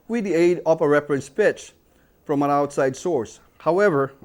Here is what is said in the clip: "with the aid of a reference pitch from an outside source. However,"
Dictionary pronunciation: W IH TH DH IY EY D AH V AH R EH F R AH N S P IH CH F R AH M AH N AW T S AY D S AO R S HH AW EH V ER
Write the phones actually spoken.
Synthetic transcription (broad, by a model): W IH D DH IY EY D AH P AH R EH F R AH N S P IH CH F R AH M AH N AW T S AY D S AO R S HH AW EH V ER